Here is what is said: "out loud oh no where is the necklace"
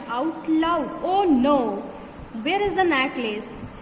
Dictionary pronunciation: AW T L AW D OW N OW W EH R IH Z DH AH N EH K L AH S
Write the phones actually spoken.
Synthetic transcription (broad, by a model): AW T L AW OW N OW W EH R IH Z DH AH N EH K L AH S